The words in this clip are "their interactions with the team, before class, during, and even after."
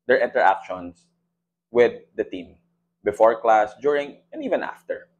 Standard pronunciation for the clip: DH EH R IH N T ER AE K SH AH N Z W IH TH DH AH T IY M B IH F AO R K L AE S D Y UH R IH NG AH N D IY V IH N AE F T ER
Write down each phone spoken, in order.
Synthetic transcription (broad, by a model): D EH R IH N T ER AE K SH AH N S W IH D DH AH T IY M B IH F AO R K L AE S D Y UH R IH NG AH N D IY V IH N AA F T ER